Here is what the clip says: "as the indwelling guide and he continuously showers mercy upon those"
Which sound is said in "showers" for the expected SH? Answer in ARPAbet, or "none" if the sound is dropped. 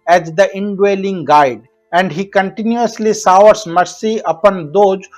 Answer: S